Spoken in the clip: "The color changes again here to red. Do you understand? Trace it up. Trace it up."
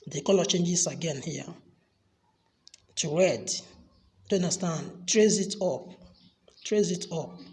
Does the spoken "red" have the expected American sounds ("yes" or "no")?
yes